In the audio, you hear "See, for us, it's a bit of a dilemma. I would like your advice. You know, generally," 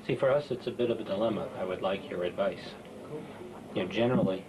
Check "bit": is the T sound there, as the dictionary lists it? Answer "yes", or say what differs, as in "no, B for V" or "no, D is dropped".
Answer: yes